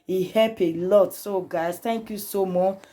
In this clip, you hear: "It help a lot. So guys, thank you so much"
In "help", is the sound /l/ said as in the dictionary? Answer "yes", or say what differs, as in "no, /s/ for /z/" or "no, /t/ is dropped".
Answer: no, /l/ is dropped